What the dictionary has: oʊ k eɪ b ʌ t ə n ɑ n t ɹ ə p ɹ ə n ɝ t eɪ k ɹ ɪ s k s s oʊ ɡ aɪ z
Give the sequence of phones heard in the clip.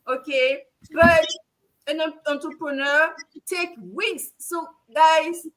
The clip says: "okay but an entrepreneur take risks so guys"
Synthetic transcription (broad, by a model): oʊ k eɪ b ʌ t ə n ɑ n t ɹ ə p ɹ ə n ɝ t eɪ k w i k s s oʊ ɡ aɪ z